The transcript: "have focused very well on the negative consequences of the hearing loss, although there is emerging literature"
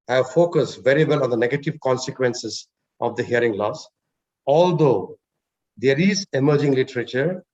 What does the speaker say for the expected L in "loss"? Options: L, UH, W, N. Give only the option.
L